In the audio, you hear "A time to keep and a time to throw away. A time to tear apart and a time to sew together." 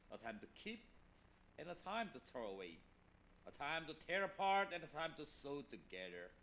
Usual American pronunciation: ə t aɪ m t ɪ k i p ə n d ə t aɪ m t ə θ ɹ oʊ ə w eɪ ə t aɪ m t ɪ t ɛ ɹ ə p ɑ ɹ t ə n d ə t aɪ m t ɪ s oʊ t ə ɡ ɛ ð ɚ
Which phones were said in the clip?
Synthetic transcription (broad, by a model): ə t aɪ m t ɪ k i p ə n ə t aɪ m t ə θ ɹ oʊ ə w eɪ ə t aɪ m t ɪ t ɛ ɹ ə p ɑ ɹ t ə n ə t aɪ m t ɪ s oʊ t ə ɡ ɛ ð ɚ